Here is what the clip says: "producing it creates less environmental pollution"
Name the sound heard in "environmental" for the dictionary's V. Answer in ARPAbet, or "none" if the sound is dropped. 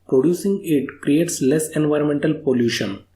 V